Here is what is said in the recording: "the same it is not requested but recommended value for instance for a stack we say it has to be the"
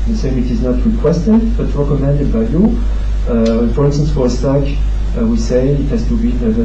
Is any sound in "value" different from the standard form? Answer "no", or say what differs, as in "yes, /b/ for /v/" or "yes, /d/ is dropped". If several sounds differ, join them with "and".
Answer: yes, /b/ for /v/